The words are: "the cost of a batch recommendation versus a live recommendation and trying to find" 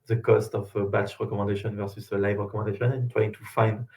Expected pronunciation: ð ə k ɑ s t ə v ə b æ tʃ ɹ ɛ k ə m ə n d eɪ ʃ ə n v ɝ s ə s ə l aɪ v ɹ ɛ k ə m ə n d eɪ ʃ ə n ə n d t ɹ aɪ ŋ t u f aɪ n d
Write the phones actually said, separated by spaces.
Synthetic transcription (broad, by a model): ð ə k ɑ s t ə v ə b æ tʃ ɹ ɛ k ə m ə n d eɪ ʃ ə n v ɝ s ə s ə l aɪ v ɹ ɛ k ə m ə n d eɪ ʃ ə n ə n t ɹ aɪ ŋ t u f aɪ n d